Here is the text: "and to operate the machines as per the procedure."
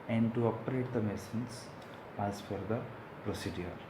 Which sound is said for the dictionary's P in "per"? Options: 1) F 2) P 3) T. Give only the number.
1